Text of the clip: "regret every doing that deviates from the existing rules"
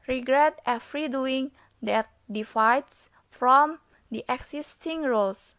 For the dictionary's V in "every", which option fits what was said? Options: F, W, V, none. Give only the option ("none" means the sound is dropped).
F